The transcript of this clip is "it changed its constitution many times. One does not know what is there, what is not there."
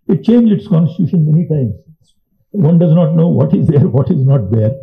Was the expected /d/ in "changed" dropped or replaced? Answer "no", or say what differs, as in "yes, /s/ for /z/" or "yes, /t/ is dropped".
yes, /d/ is dropped